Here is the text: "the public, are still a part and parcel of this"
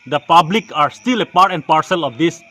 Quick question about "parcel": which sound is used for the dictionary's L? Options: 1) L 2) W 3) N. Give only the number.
1